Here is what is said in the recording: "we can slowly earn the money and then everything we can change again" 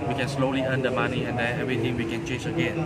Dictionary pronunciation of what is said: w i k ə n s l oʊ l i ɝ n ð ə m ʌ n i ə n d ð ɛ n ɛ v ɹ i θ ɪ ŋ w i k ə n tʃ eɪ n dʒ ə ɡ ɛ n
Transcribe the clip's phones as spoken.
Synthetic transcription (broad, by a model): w i k ə n s l oʊ l i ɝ n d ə m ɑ n i ə n d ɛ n ɛ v ɹ i t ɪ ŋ w i k ə n tʃ eɪ n dʒ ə ɡ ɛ n